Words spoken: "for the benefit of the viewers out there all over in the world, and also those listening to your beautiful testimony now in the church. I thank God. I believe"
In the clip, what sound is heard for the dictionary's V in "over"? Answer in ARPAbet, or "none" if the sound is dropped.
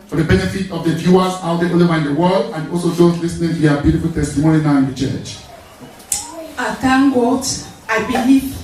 none